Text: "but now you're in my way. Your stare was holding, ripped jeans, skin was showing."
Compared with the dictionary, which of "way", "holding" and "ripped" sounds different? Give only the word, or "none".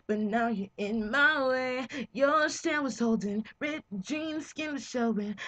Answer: ripped